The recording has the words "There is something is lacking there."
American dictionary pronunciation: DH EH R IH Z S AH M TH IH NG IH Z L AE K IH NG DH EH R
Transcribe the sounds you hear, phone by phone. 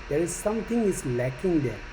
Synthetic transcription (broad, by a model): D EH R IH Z S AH M T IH NG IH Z L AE K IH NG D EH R